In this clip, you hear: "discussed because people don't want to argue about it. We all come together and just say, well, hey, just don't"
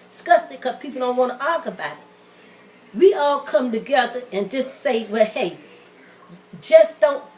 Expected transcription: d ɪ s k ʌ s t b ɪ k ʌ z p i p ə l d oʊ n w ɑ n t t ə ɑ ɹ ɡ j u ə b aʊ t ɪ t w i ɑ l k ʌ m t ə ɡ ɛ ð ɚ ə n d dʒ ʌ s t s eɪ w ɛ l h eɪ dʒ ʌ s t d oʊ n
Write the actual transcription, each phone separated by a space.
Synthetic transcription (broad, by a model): s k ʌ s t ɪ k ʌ p i p l d oʊ n w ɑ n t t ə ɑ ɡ ə b aʊ t ɪ t w i ɑ l k ʌ m t ə ɡ ɛ ð ɚ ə n dʒ ʌ s t s eɪ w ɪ h eɪ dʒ ʌ s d oʊ n